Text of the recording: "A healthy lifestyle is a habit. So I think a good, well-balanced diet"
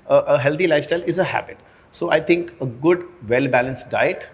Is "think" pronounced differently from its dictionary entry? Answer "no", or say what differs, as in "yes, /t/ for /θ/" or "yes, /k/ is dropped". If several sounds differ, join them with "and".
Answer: yes, /t/ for /θ/